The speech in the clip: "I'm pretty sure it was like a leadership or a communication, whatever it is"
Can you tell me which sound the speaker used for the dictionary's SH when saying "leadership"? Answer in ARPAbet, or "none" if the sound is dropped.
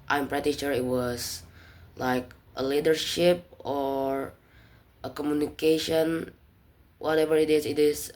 SH